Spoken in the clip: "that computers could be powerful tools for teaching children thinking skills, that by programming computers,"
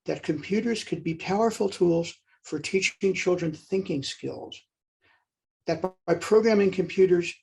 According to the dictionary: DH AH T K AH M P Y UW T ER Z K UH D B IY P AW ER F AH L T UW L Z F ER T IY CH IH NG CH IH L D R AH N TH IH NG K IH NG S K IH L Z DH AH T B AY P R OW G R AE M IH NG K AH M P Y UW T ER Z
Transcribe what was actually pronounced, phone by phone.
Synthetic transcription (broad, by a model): DH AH T K AH M P Y UW T ER Z K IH D B IY P AW ER F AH L T UW L Z F ER T IY CH IH NG CH IH L D R AH N TH IH NG K IH NG S K IH L Z DH AH T B AY P R OW G R AE M IH NG K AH M P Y UW T ER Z